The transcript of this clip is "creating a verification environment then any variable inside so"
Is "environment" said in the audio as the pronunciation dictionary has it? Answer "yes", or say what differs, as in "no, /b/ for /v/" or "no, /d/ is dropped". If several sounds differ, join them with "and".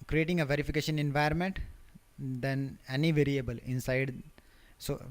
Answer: no, /ɹ/ is dropped